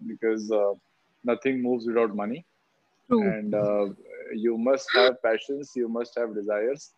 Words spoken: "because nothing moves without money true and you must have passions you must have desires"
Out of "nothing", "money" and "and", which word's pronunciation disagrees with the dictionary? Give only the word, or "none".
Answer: nothing